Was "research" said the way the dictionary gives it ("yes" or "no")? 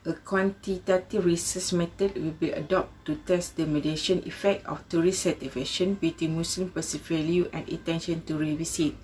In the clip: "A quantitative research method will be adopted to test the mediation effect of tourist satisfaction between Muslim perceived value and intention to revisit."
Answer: no